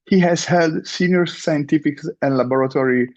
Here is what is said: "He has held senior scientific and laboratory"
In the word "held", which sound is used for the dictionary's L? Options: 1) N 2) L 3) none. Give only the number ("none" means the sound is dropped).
2